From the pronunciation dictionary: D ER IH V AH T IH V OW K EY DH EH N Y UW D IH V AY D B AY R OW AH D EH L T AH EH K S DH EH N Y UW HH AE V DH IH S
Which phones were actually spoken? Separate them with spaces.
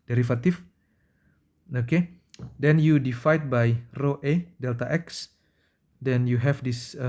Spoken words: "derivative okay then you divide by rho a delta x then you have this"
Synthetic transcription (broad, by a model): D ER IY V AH T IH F OW K EY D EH N Y UW D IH F AY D B AY R OW AH D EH L T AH EH K S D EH N Y UW HH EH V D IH S